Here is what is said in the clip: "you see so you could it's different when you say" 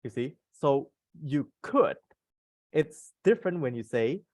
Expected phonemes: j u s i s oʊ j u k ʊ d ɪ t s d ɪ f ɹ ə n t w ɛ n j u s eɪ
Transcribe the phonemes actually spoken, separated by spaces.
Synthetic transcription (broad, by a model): j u s i s oʊ j u k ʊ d ɪ t s d ɪ f ɹ ə n t w ɛ n j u s eɪ